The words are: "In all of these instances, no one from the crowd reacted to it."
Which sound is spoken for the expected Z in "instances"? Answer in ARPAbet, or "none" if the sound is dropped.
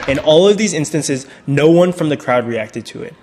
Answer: Z